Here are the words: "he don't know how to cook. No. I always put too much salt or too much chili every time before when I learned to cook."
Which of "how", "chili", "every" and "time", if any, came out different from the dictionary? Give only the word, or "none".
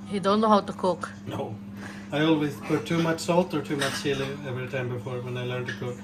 chili